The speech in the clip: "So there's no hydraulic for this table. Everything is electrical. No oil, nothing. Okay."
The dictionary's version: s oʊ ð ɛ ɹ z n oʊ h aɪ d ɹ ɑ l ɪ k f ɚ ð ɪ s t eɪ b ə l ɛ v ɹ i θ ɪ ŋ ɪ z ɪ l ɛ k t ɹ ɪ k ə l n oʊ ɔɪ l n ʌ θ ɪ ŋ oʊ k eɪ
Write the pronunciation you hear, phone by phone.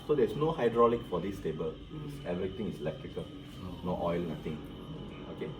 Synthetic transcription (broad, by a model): s oʊ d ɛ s n oʊ h aɪ d ɹ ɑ l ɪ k f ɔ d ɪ s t eɪ b ə l ɛ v ɹ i t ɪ ŋ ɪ s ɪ l ɛ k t ɹ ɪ k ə l n oʊ ɔɪ l n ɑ t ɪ ŋ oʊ k eɪ